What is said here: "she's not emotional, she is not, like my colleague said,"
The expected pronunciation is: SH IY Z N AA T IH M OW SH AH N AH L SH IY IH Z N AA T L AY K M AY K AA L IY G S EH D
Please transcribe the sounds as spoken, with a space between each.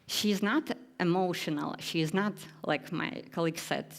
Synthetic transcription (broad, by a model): SH IY Z N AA T IH M OW SH AH N AH L SH IY IH Z N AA T L AY K M AY K AA L IY G S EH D